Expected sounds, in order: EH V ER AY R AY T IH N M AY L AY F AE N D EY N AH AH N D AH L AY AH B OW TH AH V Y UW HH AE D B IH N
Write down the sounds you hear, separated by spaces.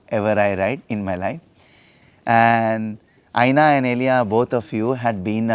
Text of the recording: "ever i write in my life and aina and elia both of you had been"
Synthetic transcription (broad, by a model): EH V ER AY R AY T IH N M AY L AY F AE N D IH N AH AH N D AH L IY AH B OW T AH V Y UW HH AE D B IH N